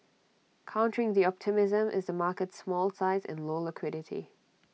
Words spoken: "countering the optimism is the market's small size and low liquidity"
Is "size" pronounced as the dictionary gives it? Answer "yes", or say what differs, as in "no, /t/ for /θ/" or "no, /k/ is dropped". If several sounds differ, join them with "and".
yes